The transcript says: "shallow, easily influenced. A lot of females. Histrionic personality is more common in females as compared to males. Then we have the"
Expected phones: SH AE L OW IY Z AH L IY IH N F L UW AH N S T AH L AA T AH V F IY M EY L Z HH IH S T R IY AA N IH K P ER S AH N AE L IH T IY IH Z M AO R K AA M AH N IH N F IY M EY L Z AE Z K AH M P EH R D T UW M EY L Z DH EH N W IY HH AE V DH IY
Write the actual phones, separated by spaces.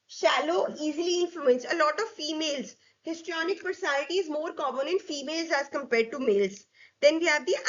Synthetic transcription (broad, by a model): SH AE L OW IY Z AH L IY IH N F L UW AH N S AH L AA T AH V F IY M EY L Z HH IH S T R IY AA N IH K P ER S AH N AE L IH T IY IH Z M AO R K AA M AH N IH N F IY M EY L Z AE Z K AH M P EH R D T UW M EY L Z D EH N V IY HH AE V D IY